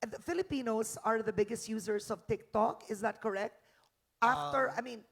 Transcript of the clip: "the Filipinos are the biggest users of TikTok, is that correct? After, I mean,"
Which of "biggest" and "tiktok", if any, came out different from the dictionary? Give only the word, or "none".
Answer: none